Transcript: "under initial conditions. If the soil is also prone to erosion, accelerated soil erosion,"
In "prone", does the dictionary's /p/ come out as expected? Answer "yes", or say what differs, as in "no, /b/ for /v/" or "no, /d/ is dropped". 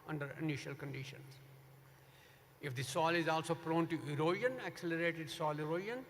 yes